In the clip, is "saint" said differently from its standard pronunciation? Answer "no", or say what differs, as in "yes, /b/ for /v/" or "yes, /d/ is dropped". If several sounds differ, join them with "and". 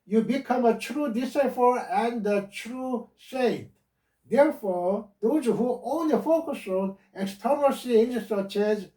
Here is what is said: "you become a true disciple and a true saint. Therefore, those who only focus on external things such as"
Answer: yes, /n/ is dropped